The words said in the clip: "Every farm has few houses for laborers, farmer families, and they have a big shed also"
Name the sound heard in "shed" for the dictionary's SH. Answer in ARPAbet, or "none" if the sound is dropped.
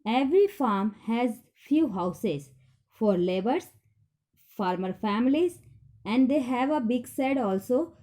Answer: S